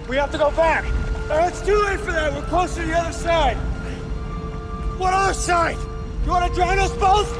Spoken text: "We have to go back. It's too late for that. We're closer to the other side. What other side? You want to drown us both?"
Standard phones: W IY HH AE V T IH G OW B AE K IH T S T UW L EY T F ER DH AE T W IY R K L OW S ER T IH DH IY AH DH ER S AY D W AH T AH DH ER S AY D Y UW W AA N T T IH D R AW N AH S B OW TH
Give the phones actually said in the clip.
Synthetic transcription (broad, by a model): W IY HH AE F T IH G OW B AE K IH T S T UW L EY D F ER DH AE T W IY L K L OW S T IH DH IY AH DH ER S AY D W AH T AH DH ER S AY D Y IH W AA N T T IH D R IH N AH S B OW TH